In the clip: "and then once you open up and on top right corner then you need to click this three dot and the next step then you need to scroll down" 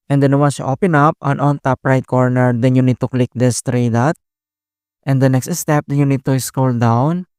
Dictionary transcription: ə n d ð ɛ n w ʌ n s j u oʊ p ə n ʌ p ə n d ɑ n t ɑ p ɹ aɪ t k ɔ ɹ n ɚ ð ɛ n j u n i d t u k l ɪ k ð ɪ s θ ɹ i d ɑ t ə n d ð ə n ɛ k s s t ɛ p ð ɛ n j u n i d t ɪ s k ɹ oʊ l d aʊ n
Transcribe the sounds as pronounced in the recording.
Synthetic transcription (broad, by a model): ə n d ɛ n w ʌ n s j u oʊ p ə n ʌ p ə n ɑ n t ɑ p ɹ aɪ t k ɔ ɹ n ɚ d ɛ n j u n i d t u k l ɪ k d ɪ s t ɹ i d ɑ t ə n d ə n ɛ k s s t ɛ p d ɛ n j u n i d t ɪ s k oʊ l d aʊ n